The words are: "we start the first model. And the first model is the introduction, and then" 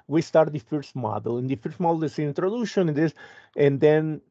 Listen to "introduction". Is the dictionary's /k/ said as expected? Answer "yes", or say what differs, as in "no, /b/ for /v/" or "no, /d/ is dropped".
no, /k/ is dropped